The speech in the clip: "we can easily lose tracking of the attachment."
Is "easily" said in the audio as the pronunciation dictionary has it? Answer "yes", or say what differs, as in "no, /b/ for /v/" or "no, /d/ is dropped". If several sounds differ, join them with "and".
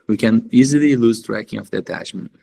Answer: yes